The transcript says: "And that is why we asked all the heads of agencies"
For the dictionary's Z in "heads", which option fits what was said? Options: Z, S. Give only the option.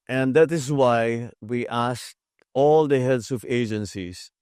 S